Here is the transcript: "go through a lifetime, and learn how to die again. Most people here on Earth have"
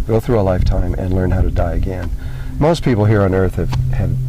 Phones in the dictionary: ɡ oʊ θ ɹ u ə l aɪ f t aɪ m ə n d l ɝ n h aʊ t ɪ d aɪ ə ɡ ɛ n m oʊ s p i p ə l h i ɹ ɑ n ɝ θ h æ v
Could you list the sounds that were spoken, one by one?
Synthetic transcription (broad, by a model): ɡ oʊ θ ɹ u ə l aɪ f t aɪ m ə n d l ɝ n h aʊ t ɪ d aɪ ə ɡ ɛ n m oʊ s p i p l h i ɹ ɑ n ɝ θ h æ v